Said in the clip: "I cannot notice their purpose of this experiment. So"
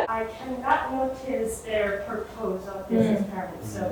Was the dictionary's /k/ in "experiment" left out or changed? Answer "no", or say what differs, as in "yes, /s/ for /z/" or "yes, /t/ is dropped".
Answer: yes, /k/ is dropped